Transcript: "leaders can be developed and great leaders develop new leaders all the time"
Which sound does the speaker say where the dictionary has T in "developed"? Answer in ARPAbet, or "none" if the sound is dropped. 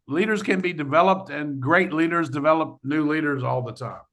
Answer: T